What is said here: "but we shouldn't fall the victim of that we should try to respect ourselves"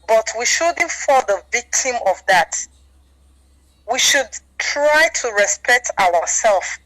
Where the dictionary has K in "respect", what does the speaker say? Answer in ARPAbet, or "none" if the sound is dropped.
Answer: K